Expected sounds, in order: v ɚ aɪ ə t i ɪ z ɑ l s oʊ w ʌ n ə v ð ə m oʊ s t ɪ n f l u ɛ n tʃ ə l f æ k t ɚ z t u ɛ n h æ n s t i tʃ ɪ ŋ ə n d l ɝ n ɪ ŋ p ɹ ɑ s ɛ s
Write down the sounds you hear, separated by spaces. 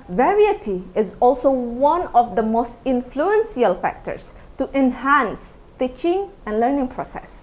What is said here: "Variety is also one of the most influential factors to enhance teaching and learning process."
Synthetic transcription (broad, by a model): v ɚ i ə t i ɪ z ɑ l s oʊ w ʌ n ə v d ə m oʊ s t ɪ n f l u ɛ n s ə l f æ k t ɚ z t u ɛ n h æ n s t i tʃ ɪ ŋ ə n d l ɝ n ɪ ŋ p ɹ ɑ s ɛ s